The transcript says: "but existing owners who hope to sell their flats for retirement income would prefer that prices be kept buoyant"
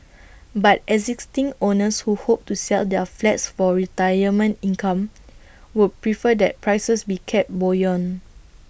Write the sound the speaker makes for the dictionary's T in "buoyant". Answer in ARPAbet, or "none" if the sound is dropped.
none